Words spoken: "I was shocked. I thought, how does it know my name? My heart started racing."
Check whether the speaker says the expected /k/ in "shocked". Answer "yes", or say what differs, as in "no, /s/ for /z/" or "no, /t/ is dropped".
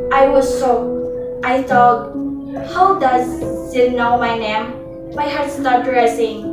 no, /k/ is dropped